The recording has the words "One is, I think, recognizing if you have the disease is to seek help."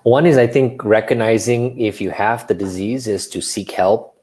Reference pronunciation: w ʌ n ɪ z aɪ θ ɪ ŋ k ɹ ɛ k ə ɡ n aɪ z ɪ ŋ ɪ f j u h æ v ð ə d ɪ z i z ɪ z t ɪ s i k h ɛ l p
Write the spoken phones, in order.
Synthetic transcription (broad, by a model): w ʌ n ɪ z aɪ θ ɪ ŋ k ɹ ɛ k ə ɡ n aɪ z ɪ ŋ ɪ f j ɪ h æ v ð ə d ɪ z i z ɪ z t ɪ s i k h ɛ l p